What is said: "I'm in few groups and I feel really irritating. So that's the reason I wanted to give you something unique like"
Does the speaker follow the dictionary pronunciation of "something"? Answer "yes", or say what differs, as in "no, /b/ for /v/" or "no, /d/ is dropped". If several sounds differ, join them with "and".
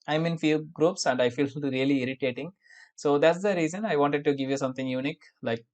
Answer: no, /t/ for /θ/